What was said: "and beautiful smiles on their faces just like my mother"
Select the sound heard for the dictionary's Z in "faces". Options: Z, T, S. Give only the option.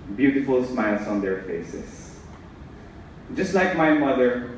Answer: S